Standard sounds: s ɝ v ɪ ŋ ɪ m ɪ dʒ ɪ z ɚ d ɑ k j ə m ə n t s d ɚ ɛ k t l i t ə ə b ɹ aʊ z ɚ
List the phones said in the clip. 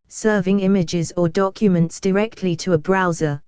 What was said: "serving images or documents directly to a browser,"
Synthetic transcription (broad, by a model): s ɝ v ɪ ŋ ɪ m ɪ dʒ ɪ z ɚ d ɑ k j ə m ə n t s d ɚ ɛ k t l i t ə ə b ɹ aʊ z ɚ